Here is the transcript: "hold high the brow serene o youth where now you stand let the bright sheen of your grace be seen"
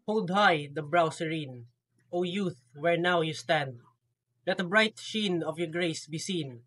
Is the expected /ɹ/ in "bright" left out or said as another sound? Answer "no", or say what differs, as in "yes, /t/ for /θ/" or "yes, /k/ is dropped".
no